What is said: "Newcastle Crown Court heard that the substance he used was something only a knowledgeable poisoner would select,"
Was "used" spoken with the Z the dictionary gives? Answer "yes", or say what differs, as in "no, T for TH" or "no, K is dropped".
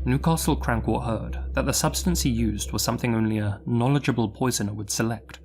yes